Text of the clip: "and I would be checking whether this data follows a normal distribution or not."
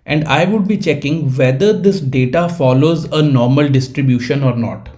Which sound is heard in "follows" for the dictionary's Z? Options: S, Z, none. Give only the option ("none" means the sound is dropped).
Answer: Z